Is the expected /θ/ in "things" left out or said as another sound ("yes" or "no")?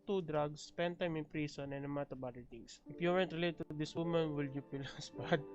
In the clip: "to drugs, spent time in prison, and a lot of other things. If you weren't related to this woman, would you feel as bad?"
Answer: yes